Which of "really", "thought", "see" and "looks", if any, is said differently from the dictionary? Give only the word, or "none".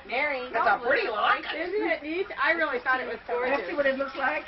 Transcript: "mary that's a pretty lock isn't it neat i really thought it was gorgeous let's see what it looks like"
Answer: none